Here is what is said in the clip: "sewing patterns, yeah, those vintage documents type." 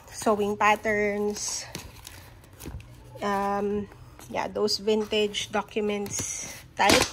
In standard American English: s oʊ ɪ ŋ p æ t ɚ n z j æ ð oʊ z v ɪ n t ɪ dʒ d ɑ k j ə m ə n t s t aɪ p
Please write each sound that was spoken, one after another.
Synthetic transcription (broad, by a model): s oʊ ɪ ŋ p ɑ t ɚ n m j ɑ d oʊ s v ɪ n t ɪ dʒ d ɑ k j ə m ə n t s t aɪ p